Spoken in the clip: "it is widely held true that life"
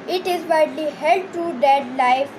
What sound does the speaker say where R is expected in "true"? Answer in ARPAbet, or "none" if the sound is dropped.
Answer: none